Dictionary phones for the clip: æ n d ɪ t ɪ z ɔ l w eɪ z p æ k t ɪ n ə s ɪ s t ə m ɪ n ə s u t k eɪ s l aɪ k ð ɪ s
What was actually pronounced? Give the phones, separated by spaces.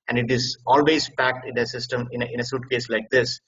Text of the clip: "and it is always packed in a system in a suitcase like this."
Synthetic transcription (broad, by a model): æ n d ɪ t ɪ z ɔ l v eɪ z p æ k t ɪ n ə s ɪ s t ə m ɪ n ə s u t k eɪ s l aɪ k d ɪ s